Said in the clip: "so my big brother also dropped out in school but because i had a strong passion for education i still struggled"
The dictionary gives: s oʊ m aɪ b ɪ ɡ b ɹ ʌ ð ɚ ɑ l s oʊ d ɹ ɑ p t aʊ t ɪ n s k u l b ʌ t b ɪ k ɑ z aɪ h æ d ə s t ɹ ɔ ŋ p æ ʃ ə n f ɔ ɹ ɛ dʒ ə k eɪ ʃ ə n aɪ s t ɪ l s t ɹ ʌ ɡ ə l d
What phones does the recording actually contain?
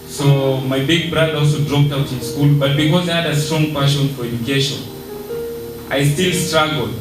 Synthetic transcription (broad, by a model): s oʊ m aɪ b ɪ ɡ b ɹ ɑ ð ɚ ɑ l s oʊ d ɹ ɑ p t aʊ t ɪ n s k u l b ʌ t b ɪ k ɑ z aɪ h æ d ə s t ɹ ɔ ŋ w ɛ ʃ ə n f ɔ ɹ ɛ dʒ ə k eɪ ʃ ə n aɪ s t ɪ l s t ɹ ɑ ɡ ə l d